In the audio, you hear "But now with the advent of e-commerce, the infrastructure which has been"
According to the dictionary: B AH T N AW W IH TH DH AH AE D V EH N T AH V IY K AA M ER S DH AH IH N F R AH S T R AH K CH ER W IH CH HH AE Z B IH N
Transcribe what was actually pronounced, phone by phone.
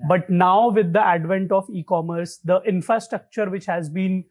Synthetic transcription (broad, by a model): B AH T N AW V IH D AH AE D V EH N T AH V IY K AA M ER S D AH IH N F R AH S T R AH K CH ER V IH CH HH AE Z B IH N